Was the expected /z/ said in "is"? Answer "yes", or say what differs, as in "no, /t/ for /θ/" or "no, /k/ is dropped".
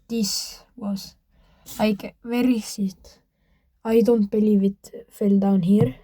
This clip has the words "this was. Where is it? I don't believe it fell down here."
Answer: no, /s/ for /z/